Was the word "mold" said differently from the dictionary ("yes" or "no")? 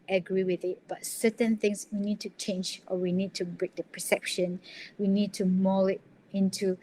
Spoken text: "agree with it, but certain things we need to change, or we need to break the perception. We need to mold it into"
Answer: yes